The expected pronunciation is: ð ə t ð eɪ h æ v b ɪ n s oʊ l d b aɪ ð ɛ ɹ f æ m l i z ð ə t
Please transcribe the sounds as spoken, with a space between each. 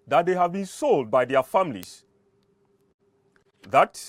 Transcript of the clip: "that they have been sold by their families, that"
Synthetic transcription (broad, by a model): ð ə t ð eɪ h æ v b ɪ n s oʊ l d b aɪ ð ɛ f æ m l i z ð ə t